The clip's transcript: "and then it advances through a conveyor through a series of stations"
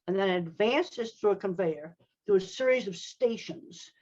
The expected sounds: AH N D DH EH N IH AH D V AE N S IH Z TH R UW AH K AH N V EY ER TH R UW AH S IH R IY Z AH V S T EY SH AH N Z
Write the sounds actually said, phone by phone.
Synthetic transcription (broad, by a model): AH N DH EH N IH D V AE N S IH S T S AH K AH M V EY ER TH UW AH S IH R IY Z AH V S T EY SH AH N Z